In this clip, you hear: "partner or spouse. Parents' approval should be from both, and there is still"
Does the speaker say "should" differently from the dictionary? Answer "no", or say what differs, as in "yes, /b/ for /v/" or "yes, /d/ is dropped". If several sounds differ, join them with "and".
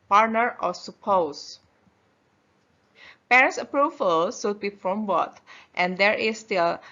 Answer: yes, /s/ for /ʃ/